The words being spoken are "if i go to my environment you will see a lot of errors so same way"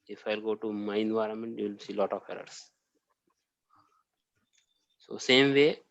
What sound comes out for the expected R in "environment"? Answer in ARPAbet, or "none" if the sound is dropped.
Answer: R